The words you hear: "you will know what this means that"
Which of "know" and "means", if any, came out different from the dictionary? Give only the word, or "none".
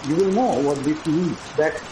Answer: means